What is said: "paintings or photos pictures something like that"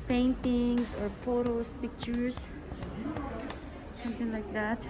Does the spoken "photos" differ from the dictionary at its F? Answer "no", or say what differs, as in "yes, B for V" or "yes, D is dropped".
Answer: yes, P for F